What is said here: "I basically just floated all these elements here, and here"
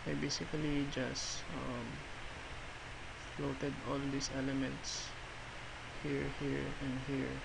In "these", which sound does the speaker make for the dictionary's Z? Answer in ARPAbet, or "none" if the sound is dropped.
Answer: S